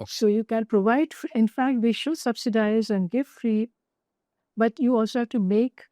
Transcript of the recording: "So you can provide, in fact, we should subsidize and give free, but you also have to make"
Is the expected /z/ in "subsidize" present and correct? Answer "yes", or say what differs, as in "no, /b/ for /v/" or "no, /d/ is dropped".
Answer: yes